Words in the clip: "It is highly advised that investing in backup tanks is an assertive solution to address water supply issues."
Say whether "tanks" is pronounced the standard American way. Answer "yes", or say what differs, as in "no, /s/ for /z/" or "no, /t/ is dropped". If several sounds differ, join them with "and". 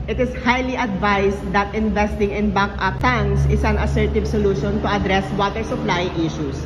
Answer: no, /k/ is dropped